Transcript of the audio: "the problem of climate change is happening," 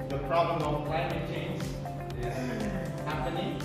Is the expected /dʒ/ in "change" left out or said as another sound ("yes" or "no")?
yes